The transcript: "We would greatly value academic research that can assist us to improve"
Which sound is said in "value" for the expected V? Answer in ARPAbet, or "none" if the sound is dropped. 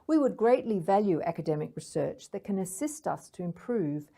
V